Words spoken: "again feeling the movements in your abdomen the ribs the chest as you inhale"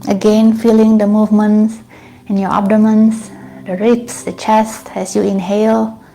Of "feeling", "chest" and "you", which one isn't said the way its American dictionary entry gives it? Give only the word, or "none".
none